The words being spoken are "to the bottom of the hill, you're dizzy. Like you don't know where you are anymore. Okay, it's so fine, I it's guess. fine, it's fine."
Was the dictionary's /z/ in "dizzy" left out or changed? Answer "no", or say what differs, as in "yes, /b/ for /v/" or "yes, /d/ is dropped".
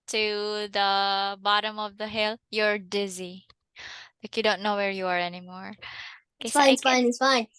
no